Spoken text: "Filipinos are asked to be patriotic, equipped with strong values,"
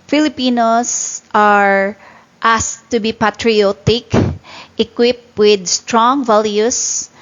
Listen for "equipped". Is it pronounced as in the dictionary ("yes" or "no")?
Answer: yes